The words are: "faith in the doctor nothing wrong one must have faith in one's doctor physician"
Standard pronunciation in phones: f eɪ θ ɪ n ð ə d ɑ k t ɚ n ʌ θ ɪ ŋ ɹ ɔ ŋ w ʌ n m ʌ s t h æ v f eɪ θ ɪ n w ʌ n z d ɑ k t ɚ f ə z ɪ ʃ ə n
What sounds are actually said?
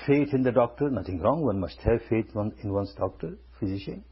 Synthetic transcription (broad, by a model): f eɪ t ɪ n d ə d ɑ k t ɚ n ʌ t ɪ ŋ ɹ ɔ ŋ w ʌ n m ʌ s t h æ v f eɪ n ɪ n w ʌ n s d ɑ k t ɚ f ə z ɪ ʃ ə n